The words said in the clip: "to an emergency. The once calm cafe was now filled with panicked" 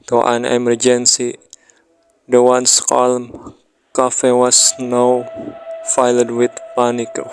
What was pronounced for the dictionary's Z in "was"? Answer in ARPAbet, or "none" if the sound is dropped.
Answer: S